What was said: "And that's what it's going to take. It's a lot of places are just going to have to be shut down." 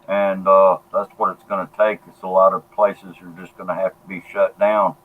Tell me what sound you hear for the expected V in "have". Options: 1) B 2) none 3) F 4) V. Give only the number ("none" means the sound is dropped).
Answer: 3